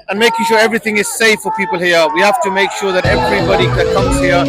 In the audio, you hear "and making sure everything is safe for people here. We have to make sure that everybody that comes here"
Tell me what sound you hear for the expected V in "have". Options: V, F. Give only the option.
F